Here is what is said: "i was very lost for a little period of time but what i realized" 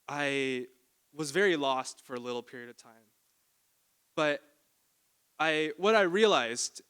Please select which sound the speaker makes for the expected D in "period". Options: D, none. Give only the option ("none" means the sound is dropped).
D